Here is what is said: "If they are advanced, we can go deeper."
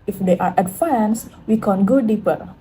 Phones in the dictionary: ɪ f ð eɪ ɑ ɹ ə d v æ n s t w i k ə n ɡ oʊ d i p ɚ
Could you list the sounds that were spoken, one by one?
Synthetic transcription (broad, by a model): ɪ f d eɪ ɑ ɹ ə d f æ n s w i k ə n ɡ oʊ d i p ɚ